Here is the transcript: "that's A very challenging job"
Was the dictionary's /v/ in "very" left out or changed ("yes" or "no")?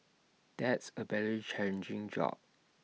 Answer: yes